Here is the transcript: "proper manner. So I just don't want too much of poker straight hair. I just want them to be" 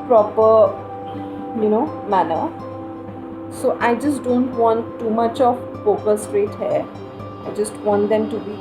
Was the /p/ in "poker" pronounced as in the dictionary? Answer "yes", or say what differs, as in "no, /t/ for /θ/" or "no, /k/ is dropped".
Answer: no, /f/ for /p/